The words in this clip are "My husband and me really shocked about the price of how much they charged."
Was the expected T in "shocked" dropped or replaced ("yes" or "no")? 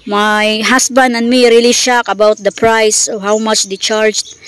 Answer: yes